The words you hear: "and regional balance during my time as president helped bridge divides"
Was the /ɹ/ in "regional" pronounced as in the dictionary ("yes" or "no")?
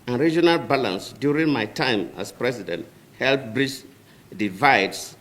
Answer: yes